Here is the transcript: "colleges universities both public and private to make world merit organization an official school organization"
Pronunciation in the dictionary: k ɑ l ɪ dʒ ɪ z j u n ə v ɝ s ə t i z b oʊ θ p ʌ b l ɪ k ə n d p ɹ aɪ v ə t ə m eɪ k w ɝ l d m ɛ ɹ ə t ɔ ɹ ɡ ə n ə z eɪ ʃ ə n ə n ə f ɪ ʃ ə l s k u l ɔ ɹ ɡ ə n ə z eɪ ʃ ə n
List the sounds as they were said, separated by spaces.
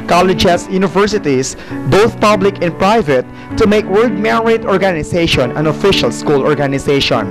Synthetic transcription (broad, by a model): k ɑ l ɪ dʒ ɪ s j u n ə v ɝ s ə t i s b oʊ θ p ʌ b l ɪ k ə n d p ɹ aɪ v ə t ə m eɪ k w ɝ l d m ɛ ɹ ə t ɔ ɹ ɡ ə n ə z eɪ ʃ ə n ə n ə f ɪ ʃ ə l s k u l ɔ ɹ ɡ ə n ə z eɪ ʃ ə n